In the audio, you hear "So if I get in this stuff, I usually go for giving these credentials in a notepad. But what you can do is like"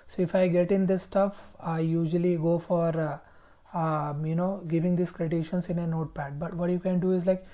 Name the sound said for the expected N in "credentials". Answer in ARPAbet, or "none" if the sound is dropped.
none